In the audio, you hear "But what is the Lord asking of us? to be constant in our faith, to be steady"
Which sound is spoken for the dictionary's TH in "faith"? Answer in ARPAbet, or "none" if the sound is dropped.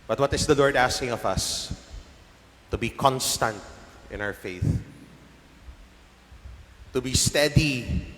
TH